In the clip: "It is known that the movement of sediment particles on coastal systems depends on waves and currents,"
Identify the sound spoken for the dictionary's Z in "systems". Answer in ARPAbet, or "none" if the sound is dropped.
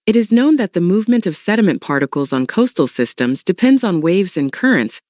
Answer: Z